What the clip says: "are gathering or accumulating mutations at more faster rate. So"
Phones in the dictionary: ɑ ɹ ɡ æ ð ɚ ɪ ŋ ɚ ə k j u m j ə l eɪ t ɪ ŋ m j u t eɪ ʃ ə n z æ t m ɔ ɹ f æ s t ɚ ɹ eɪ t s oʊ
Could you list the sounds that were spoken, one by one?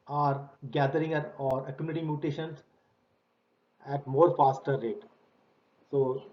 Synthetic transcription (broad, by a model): ɑ ɹ ɡ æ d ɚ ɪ ŋ ɚ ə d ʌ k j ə n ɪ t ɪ m j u t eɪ ʃ ə n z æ t m ɔ ɹ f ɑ s t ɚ ɹ eɪ t s oʊ